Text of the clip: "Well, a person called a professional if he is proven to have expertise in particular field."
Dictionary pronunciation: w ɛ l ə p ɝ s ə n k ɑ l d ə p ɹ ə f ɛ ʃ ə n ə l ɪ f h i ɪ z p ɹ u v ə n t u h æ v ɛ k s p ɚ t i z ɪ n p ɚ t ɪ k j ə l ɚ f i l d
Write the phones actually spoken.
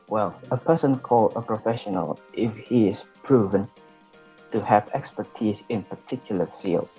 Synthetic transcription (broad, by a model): w ɛ l ə p ɝ s ə n k ɑ l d ə p ɹ ə f ɛ ʃ ə n ə l ɪ f h i ɪ z p ɹ u v ə n t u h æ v ɛ k s p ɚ t i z ɪ n p ɚ t ɪ k j ə l ɚ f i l